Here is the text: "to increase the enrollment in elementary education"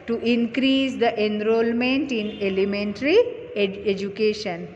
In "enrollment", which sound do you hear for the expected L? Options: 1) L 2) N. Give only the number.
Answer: 1